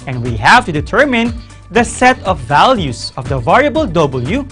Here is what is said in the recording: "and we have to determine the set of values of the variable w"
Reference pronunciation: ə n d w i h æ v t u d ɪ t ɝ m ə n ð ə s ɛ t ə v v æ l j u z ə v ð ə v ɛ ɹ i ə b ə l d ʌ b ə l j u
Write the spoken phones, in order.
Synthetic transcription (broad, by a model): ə n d w i h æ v t u d ɪ t ɝ m ə n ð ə s ɛ t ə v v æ l j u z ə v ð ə v ɛ ɹ i ə b ə l d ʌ b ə l j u